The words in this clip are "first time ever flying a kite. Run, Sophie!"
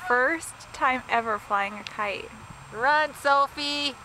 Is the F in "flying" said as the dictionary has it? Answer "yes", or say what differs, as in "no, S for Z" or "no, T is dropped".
yes